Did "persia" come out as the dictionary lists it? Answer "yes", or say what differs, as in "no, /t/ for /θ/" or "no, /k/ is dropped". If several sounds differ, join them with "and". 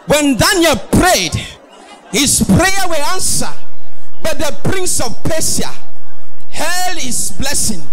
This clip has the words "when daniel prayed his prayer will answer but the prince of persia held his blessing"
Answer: no, /s/ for /ʒ/